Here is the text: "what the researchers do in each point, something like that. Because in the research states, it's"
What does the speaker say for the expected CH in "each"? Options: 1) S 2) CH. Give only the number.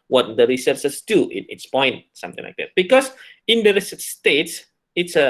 1